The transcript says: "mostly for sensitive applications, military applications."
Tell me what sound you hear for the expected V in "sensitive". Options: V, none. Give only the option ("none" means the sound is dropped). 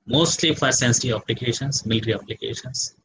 none